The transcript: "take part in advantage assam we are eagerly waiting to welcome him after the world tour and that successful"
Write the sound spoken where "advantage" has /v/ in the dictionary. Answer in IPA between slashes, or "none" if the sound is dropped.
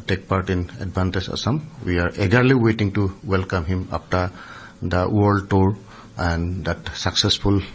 /b/